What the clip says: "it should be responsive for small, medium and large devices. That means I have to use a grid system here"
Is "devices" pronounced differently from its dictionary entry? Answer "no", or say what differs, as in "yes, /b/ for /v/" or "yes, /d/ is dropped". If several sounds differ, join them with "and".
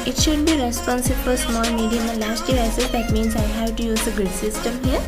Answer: yes, /v/ is dropped